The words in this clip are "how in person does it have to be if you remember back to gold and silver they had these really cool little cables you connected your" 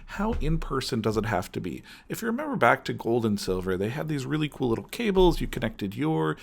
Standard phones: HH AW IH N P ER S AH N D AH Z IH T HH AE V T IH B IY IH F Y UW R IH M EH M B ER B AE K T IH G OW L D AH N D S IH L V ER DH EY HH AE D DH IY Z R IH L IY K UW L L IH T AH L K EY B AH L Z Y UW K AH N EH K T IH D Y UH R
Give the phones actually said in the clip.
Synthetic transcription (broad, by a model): HH AW IH N P ER S AH N D AH Z IH T HH AE F T IH B IY IH F Y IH R IH M EH M B ER B AE K T IH G OW L D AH N S IH L V ER DH EY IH D DH IY Z R IH L IY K UW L L IH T L K EY B L Z Y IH K AH N EH K T IH D Y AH R